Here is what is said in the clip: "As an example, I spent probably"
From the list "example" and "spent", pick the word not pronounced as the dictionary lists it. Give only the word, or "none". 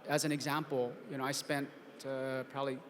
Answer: example